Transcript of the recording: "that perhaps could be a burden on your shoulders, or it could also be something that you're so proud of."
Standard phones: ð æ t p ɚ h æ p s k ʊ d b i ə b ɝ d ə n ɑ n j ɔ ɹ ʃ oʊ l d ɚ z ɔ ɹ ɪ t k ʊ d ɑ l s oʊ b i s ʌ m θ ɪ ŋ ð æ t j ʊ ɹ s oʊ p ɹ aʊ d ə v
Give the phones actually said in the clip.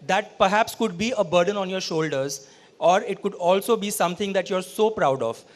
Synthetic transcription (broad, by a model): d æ t p ɚ h æ p s k ʊ d b i ə b ɝ d ə n ɑ n j ɔ ɹ ʃ oʊ l d ɚ z ɔ ɹ ɪ t k ʊ d ɑ l s oʊ b i s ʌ m t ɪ ŋ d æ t j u ɹ s oʊ p ɹ aʊ d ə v